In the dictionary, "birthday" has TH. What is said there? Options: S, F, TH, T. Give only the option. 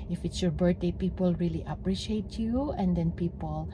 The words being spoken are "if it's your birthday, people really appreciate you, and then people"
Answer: T